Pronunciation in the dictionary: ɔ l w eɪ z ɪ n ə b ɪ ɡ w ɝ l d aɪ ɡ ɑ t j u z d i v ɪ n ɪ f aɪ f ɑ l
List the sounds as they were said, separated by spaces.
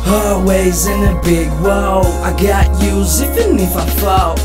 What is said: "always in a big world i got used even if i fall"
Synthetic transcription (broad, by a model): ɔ w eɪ z ɪ n ə b ɪ ɡ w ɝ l aɪ ɡ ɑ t j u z i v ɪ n ɪ f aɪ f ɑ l